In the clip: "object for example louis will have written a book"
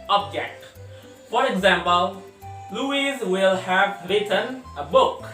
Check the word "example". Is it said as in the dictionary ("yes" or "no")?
yes